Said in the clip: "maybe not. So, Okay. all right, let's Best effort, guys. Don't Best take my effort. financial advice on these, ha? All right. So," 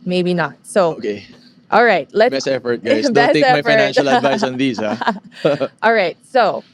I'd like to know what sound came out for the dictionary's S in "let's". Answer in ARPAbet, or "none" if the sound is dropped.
none